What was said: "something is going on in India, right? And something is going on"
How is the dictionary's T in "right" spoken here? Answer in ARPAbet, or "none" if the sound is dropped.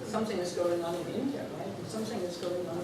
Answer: none